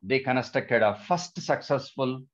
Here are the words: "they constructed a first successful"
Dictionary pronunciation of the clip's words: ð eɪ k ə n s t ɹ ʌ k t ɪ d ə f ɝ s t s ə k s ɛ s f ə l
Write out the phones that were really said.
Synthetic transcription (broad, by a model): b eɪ k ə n s t ʌ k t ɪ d ə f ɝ s t s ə k s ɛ s f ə l